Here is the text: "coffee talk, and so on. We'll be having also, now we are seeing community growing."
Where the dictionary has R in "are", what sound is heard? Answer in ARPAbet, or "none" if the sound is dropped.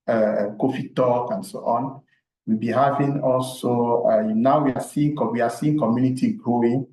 W